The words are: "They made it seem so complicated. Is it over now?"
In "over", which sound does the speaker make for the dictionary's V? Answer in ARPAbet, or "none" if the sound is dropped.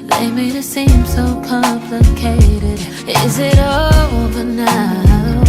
B